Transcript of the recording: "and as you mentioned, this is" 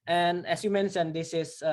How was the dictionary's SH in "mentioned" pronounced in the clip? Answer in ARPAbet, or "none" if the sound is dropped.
S